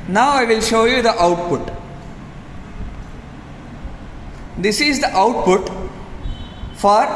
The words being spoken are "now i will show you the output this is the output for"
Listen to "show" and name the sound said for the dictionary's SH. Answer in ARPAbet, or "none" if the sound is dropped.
SH